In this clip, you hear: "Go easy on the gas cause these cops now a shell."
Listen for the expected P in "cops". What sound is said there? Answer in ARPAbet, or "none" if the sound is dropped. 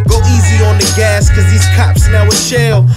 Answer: P